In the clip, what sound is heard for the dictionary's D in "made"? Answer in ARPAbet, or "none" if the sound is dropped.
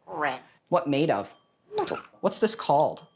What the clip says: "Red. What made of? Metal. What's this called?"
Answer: none